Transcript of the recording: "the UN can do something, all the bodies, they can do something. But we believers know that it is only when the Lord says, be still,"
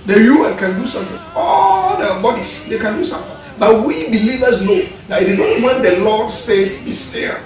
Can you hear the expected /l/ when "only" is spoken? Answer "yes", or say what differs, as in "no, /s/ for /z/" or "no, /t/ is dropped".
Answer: no, /l/ is dropped